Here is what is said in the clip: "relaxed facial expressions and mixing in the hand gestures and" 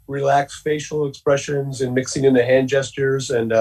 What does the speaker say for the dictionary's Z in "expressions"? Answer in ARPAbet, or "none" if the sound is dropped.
Z